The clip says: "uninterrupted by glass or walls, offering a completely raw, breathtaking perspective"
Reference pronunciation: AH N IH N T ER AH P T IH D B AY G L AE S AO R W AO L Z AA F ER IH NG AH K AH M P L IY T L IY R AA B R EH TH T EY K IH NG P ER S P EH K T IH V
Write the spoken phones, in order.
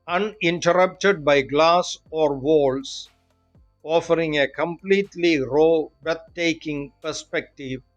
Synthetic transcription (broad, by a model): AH N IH N T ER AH P T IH D B AY G L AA S AO R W AO L S AA F ER IH NG AH K AH M P L IY T L IY R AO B EH T T EY K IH NG P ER S P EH K T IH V